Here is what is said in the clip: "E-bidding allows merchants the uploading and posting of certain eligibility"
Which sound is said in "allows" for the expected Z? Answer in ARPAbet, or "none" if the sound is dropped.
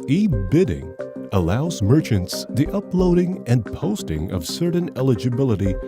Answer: Z